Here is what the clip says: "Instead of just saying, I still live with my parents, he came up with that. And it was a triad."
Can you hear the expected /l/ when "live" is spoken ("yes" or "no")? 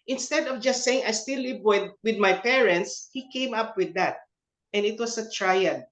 no